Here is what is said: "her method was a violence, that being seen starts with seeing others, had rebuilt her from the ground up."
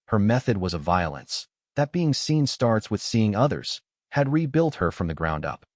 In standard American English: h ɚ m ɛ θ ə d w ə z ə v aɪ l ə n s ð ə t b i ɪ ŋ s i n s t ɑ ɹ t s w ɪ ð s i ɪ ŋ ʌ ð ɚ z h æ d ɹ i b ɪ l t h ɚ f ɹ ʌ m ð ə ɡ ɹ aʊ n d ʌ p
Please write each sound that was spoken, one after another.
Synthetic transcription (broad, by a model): h ɚ m ɛ θ ə d w ə z ə v aɪ l ə n s ð ə t b i ɪ ŋ s i n s t ɑ ɹ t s w ɪ ð s i ɪ ŋ ʌ ð ɚ z h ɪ d ɹ i b ɪ l t h ɚ f ɹ ʌ m ð ə ɡ ɹ aʊ n d ʌ p